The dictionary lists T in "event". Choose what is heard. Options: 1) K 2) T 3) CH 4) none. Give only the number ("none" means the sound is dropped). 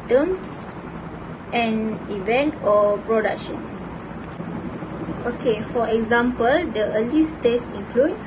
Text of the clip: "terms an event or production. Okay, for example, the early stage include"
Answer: 2